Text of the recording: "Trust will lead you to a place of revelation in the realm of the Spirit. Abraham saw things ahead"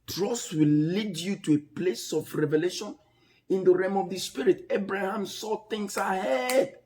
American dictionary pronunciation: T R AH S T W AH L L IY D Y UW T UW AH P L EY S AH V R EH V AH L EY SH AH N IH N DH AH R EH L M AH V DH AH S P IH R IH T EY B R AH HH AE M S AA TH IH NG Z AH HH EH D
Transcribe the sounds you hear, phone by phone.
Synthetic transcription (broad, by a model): T R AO S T W AH L L IY D Y UW T UW AH P L EY S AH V R EH V AH L EY SH AH N IH N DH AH R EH M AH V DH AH S P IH R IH T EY B R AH HH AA M S AA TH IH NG S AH HH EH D